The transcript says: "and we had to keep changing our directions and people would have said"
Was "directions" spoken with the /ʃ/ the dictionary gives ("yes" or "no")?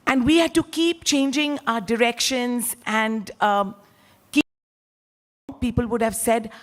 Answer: yes